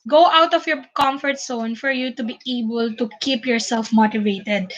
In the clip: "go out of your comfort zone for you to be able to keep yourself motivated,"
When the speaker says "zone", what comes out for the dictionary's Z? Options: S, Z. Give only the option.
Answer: S